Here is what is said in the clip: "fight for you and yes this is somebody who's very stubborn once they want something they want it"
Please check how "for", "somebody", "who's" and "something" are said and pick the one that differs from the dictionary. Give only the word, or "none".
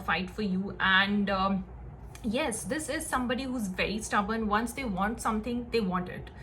something